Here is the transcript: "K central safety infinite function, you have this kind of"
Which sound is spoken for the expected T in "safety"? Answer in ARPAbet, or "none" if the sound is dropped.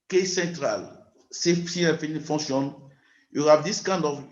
S